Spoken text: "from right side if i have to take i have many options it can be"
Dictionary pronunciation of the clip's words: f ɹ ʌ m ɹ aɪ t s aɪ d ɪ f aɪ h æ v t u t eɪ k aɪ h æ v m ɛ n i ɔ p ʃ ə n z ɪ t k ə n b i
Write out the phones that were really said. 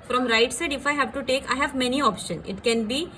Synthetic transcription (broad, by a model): f ɹ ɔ m ɹ aɪ t s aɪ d ɪ f aɪ h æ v t u t eɪ k aɪ h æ v m ɛ n i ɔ p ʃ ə n ɪ t k ə n b i